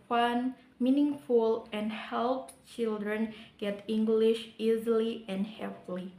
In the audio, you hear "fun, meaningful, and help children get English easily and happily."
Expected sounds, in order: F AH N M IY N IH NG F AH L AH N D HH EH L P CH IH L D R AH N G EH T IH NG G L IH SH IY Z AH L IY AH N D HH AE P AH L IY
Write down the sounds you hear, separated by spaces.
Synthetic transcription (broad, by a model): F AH N M IY N IH NG F AH L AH N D HH EH L P CH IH L D R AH N G EH T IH NG G L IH SH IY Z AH L IY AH N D HH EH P L IY